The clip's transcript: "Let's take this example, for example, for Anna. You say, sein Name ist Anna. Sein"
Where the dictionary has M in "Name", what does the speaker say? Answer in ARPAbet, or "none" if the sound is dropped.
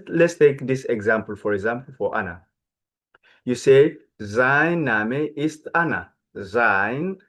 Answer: none